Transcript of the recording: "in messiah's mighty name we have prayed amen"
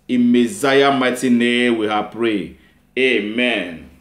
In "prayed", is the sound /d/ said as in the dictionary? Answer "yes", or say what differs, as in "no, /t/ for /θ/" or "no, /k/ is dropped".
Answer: no, /d/ is dropped